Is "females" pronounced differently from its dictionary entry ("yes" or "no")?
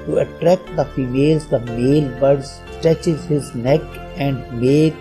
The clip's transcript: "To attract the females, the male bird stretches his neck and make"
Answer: no